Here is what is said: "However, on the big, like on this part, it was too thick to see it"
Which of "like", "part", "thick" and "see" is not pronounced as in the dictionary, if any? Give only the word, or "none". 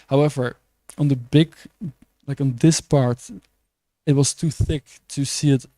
none